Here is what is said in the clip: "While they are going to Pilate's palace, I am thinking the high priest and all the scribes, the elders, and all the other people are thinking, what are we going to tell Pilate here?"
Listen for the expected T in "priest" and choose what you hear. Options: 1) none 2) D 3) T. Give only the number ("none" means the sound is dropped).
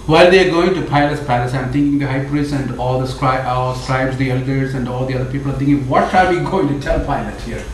1